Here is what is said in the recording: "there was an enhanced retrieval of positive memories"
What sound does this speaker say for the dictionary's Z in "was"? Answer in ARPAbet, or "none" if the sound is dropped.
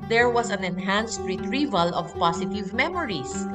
S